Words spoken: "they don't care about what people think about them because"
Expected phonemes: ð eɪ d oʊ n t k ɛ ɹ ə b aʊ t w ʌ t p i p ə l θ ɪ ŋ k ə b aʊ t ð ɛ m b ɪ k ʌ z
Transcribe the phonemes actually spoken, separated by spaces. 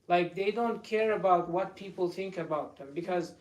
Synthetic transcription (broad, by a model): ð eɪ d oʊ n t k ɛ ɹ ə b aʊ t w ʌ t p i p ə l θ ɪ ŋ k ə b aʊ t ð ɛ m b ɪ k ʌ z